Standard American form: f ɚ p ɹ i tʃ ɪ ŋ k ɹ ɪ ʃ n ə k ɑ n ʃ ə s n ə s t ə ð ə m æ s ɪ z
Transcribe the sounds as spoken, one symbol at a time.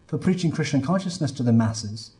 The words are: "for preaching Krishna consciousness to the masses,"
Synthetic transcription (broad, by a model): f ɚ p ɹ i tʃ ɪ ŋ k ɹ ɪ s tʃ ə k ɑ n ʃ ə s n ə s t ə ð ə m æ s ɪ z